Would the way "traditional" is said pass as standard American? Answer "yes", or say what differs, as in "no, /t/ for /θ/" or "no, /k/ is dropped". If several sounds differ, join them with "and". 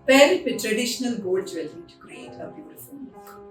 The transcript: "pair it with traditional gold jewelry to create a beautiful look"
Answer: yes